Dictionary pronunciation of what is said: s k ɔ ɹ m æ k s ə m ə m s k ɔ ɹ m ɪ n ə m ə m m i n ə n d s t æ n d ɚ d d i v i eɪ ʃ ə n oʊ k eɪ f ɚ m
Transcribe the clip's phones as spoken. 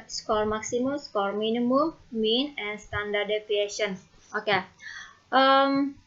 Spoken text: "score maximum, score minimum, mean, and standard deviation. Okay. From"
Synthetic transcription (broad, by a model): s k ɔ ɹ m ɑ k s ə m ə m s k ɔ ɹ m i n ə m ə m m i n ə n s t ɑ n d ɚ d d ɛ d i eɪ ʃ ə n oʊ k eɪ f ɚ m